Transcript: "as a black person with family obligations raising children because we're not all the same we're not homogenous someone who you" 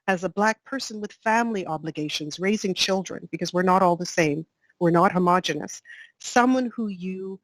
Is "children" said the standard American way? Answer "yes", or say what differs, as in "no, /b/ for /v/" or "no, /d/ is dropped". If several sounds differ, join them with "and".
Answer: yes